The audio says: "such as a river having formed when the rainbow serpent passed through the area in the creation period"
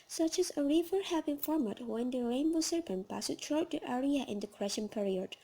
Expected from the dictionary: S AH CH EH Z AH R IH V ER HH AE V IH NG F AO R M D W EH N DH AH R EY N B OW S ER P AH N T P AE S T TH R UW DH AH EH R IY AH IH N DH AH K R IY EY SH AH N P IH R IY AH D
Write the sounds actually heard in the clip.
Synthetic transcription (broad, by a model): S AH CH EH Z AH R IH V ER HH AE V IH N F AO R M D W EH N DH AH R EY N B OW S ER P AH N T P AE S T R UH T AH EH R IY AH IH N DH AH K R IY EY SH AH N P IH R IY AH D